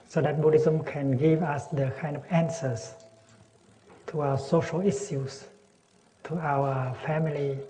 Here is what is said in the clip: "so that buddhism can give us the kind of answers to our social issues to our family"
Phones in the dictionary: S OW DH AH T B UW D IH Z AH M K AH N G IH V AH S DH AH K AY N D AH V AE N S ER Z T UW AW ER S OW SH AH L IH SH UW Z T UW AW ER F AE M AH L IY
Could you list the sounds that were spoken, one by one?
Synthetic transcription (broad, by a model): S OW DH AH T B UW D IH Z AH M K AH N G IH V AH S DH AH K AY N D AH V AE N S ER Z T UW AW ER S OW SH AH L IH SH UW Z T UW AW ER F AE M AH L IY